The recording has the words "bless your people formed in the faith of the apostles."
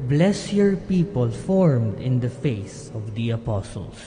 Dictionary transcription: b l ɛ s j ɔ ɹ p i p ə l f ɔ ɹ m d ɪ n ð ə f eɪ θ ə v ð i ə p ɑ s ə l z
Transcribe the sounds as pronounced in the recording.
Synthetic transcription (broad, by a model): b l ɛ s j ɔ ɹ p i p ə l f ɔ ɹ m d ɪ n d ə f eɪ s ə v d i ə p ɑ s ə l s